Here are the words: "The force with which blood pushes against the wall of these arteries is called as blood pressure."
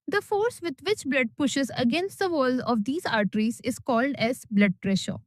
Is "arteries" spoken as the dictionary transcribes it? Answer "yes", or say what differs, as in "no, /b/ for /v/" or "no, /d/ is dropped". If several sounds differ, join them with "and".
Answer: yes